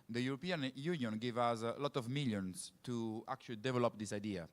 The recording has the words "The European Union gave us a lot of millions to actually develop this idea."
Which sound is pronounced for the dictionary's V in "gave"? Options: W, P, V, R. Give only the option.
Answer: V